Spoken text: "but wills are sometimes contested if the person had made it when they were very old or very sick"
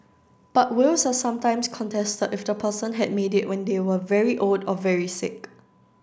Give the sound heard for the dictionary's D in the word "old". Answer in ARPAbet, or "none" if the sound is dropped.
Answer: D